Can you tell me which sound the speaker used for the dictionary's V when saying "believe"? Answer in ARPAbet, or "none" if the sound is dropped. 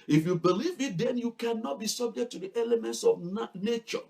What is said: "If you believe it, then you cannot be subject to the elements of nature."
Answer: V